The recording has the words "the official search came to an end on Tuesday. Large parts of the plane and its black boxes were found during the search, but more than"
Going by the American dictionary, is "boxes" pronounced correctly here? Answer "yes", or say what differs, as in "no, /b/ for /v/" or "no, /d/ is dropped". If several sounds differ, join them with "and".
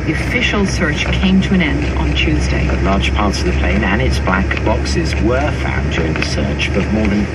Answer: yes